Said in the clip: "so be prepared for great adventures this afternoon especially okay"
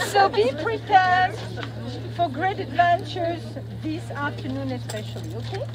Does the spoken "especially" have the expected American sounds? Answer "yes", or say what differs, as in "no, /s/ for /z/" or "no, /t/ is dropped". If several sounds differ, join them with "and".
yes